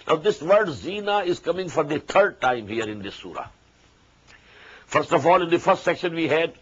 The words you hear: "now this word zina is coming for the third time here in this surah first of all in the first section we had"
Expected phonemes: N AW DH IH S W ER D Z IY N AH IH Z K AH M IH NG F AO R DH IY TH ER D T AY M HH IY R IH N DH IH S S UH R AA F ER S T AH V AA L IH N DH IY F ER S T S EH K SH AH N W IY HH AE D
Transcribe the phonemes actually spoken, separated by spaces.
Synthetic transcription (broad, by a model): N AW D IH S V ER D Z IY N AH IH Z K AH M IH NG F AO R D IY T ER D T AY M HH IY R IH N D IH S S UH R AA F ER S T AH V AA L IH N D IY F ER S T S EH K SH AH N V IY HH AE D